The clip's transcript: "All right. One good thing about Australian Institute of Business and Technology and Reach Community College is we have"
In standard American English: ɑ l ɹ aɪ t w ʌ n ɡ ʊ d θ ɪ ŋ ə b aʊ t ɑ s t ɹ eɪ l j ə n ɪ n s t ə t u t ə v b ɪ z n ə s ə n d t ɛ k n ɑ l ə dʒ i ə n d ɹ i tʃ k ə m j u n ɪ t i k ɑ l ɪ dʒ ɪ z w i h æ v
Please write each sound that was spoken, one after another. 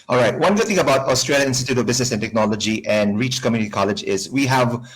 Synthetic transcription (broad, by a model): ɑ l ɹ aɪ t w ʌ n ɡ ʊ d θ ɪ ŋ ə b aʊ t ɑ s t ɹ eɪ l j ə ɪ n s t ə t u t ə b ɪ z n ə s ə n t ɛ k n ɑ l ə dʒ i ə n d ɹ i tʃ k ə m j u n ɪ t i k ɑ l ɪ dʒ ɪ z w i h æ v